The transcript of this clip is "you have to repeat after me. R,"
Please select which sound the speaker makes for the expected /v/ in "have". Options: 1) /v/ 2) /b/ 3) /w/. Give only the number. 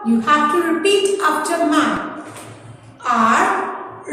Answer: 2